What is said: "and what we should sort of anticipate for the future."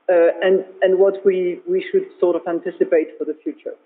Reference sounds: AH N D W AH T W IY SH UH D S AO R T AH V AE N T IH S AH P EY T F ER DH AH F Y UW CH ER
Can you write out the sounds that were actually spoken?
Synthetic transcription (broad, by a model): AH N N W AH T W IY SH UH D S AO R T AH V AE N T IH S AH P EY T F ER DH AH F Y UW CH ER